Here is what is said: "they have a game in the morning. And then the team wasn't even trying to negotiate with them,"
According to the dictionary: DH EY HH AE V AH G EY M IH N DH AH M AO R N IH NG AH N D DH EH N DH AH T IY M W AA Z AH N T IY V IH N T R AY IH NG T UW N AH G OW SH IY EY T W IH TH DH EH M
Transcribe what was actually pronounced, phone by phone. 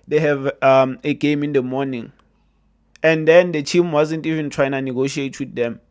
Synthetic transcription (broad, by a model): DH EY HH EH V AH G EY M IH N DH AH M AO N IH NG AH N D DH EH N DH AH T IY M W AA Z AH N T IY V IH N T R AY IH NG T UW N AH G OW SH IY EY T W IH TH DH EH M